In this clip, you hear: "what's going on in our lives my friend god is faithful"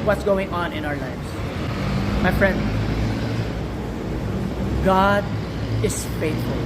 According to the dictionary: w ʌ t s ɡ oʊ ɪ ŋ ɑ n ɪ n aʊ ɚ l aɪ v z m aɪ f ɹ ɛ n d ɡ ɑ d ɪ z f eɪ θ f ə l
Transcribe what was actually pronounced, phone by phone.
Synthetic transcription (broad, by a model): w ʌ t s ɡ oʊ ɪ ŋ ɑ n ɪ n aʊ ɚ l aɪ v s m aɪ f ɹ ɛ n d ɡ ɑ d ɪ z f eɪ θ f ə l